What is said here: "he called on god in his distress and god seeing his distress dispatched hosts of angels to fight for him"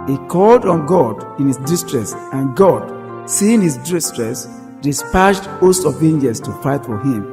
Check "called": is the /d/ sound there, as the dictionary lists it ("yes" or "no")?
yes